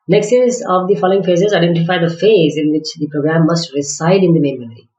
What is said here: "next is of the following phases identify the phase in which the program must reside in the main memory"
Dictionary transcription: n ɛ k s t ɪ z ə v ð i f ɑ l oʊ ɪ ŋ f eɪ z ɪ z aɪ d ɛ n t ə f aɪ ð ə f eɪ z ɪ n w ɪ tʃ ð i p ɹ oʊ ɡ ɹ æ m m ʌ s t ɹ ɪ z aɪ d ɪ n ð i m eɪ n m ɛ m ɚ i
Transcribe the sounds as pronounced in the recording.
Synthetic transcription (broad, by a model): n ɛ k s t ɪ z ə v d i f ɑ l oʊ ɪ ŋ f eɪ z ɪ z aɪ d ɛ n t ə f aɪ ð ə f eɪ z ɪ n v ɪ tʃ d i p ɹ oʊ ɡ ɹ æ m m ʌ s t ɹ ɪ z aɪ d ɪ n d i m eɪ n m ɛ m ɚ i